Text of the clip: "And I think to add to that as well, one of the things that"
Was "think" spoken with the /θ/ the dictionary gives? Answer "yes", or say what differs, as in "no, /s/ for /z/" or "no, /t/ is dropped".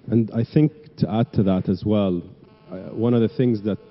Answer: yes